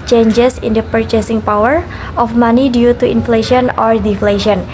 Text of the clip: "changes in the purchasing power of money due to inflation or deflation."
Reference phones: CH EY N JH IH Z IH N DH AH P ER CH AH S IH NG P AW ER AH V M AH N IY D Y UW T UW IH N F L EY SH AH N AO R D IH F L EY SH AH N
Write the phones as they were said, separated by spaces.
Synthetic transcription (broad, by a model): CH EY N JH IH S IH N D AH P ER CH AH S IH NG P AW ER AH F M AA N IY D Y UW T UW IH N F L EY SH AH N AO R D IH F L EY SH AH N